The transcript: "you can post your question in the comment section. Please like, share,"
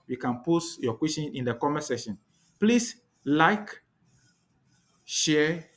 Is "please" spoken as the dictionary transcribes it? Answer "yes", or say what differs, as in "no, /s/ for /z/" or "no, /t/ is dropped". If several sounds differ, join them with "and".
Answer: no, /s/ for /z/